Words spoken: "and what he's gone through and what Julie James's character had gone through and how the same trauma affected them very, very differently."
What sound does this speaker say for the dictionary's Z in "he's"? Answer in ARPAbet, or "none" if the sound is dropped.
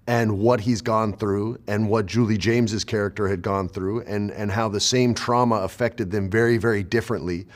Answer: Z